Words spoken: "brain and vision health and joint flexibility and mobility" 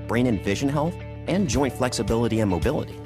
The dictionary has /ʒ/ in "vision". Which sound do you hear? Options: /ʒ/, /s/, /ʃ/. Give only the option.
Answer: /ʒ/